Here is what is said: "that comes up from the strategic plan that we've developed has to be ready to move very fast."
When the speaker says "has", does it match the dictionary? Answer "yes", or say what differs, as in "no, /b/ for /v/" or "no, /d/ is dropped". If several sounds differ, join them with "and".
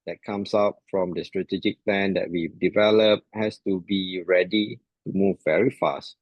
no, /s/ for /z/